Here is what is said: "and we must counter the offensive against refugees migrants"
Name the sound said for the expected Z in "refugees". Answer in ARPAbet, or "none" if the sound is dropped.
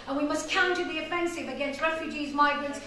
Z